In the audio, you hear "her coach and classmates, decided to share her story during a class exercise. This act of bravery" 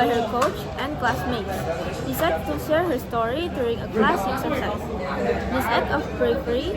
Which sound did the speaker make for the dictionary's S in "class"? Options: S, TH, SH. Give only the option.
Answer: S